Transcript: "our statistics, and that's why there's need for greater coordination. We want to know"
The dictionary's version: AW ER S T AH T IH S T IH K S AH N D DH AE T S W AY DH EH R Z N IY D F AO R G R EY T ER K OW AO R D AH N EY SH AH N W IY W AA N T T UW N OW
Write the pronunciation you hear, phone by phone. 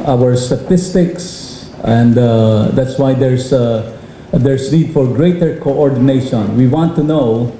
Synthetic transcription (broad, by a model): AW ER S T AH T IH S T IH K S AH N D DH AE T S W AY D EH R S N IY D F AO R G R EY T ER K OW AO R D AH N EY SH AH N W IY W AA N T T UW N OW